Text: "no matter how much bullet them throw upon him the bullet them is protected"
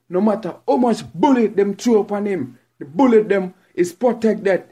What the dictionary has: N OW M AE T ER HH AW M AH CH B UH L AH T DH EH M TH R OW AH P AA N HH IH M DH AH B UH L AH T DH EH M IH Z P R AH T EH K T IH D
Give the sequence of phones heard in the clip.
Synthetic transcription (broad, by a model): N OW M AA T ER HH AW M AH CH B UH L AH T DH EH M T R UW AH P AA N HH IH M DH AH B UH L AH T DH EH M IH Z P R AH T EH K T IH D